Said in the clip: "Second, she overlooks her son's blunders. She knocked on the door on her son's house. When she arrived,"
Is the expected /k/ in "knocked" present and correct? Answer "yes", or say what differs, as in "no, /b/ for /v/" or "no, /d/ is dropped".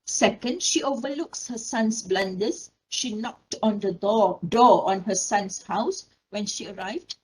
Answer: yes